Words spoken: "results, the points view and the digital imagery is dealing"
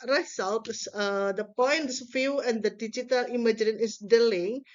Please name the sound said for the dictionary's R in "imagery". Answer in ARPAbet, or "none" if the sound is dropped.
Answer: none